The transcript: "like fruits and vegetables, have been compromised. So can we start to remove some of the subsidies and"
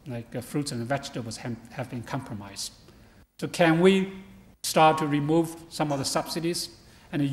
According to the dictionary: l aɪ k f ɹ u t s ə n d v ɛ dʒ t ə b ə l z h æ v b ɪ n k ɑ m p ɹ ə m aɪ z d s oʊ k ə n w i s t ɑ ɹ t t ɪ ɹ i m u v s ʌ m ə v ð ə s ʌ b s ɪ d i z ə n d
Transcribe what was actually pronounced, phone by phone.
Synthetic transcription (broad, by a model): l aɪ k f ɹ u t s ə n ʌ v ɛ tʃ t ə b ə z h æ v b ɪ n k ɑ m p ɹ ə m aɪ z s oʊ k ə n w i s t ɑ ɹ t t ɪ ɹ i m u v s ʌ m ə v ð ə s ʌ b s ɪ d i z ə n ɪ